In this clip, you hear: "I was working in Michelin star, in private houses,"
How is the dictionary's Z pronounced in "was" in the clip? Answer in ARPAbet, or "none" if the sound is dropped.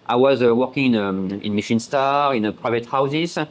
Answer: Z